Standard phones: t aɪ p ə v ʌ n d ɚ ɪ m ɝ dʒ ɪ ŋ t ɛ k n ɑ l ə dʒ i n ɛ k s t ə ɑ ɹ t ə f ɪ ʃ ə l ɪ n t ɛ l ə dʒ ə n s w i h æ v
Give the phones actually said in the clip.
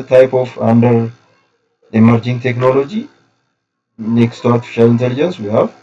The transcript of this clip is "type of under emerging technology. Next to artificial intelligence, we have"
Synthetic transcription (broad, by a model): t aɪ p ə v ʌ n d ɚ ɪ m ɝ dʒ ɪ ŋ t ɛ k n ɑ l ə dʒ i n ɛ k s t ə ɑ ɹ t ə f ɪ ʃ ə l ɪ n t ɛ l ə dʒ ə n s w i h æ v